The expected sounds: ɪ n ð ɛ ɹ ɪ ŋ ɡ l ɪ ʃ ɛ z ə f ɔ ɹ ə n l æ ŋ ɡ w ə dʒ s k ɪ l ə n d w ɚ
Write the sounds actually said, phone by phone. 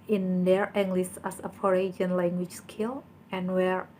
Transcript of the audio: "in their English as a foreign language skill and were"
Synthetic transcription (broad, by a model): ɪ n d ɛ ɹ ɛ ŋ ɡ l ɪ s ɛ s ə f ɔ ɹ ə n l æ ŋ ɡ w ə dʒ s k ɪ l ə n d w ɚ